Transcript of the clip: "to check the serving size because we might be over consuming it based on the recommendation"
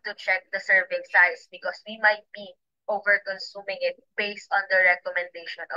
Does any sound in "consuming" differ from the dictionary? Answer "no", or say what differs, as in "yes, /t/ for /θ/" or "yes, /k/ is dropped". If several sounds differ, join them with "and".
no